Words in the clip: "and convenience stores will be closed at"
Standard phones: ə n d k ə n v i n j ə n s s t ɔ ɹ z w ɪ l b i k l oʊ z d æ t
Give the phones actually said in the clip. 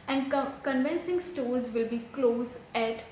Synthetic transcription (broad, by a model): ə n d k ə n v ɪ n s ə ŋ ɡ s t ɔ ɹ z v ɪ l b i k l oʊ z æ t